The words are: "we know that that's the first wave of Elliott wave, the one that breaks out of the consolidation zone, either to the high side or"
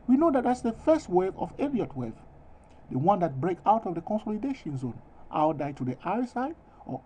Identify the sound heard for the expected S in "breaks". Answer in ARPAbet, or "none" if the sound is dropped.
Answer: none